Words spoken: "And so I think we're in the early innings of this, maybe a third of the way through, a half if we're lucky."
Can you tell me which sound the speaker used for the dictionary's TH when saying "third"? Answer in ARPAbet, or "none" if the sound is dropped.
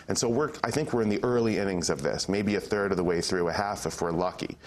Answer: TH